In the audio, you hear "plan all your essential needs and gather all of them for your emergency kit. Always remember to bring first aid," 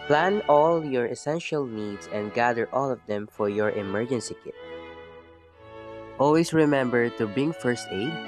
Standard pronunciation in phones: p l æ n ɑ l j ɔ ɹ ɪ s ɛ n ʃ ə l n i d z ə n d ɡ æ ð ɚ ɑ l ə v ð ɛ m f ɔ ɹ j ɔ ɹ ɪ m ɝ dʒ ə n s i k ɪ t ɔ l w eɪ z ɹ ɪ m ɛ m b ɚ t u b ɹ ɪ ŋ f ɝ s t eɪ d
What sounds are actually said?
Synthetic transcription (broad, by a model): p l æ n ɑ l j ɔ ɹ ɪ s ɛ n ʃ ə l n i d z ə n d ɡ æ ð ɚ ɑ l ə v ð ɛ m f ɔ ɹ j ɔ ɹ ɪ m ɝ dʒ ə n s i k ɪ t ɔ l w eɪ s ɹ ɪ m ɛ m b ɚ t u b ɪ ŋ f ɝ s t eɪ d